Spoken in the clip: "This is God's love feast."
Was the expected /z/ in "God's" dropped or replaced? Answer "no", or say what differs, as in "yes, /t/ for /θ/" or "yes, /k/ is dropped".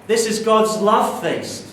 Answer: no